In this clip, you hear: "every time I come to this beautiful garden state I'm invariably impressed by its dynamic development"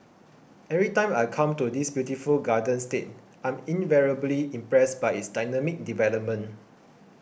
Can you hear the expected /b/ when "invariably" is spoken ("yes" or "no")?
yes